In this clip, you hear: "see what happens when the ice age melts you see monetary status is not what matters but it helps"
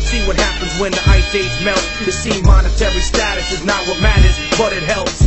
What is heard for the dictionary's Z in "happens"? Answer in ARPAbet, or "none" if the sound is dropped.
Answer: Z